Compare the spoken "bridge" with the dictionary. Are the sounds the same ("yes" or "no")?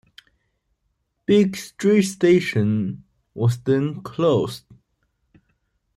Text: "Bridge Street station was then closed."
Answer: no